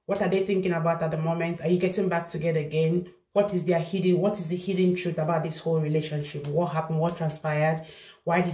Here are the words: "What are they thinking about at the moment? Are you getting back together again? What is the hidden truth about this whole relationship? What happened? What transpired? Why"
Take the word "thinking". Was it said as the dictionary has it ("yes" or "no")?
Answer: yes